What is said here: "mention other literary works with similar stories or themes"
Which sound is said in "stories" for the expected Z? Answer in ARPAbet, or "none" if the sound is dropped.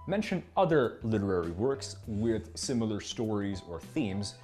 Z